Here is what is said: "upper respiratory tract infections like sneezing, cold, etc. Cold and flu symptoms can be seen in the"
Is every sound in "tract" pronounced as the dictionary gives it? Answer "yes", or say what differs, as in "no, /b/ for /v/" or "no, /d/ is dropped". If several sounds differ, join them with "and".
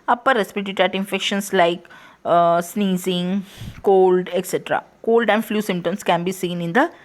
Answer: no, /k/ is dropped